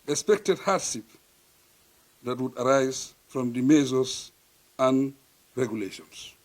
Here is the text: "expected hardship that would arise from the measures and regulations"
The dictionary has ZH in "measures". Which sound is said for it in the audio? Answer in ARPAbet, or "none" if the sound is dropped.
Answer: Z